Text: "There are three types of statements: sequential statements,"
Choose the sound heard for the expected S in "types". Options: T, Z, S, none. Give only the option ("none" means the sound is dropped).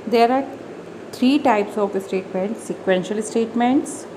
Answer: S